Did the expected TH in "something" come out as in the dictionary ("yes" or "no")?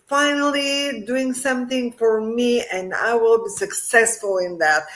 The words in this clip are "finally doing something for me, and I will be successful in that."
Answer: yes